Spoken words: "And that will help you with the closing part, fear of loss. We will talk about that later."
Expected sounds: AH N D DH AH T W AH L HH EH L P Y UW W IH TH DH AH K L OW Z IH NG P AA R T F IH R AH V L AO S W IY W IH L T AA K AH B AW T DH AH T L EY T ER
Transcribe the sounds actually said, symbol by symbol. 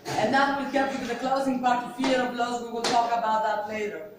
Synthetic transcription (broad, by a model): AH N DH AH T W AH L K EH P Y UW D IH DH AH K L OW Z IH NG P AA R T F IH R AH B L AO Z W IY W IH L T AA K AH B AW T DH AH T L EY T ER